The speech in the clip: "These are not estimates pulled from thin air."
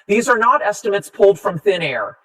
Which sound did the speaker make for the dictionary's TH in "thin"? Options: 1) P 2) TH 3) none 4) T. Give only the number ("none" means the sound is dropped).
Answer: 2